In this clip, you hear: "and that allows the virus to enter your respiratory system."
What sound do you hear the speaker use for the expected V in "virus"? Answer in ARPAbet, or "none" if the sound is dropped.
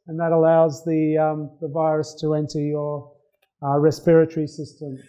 V